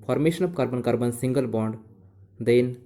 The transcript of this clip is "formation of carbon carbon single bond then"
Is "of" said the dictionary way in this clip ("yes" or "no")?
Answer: no